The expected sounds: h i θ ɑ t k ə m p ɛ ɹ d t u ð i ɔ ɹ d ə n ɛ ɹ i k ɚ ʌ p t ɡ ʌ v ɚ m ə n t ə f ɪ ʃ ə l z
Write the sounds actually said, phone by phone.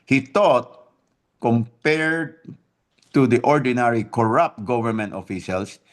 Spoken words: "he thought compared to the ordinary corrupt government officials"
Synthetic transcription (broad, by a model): h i t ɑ t k ə m p ɛ ɹ d t u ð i ɔ ɹ d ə n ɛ ɹ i k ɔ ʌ p t ɡ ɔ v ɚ m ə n t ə f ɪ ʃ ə l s